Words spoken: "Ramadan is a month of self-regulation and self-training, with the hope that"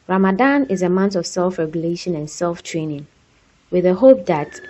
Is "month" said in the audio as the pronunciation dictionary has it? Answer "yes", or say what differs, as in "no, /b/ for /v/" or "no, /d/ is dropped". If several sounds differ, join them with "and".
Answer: no, /t/ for /θ/